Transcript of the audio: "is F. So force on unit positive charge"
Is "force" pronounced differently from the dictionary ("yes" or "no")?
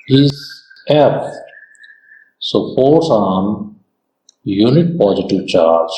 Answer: yes